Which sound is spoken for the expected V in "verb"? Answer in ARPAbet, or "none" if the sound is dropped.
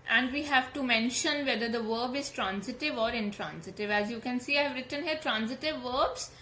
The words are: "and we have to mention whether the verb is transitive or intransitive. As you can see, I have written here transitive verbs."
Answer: V